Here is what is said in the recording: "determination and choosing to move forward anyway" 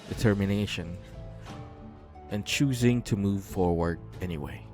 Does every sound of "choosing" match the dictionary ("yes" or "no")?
yes